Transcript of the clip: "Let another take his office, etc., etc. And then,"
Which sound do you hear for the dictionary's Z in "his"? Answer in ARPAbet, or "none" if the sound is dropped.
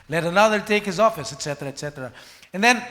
Z